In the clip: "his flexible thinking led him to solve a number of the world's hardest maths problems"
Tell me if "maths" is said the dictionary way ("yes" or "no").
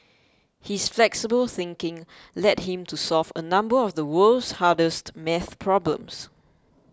no